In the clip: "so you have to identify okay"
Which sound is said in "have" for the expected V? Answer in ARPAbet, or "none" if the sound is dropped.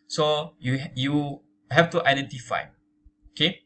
F